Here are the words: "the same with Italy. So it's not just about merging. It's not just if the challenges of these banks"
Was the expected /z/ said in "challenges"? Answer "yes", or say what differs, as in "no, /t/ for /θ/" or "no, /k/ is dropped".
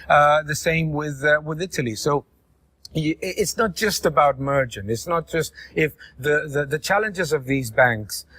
yes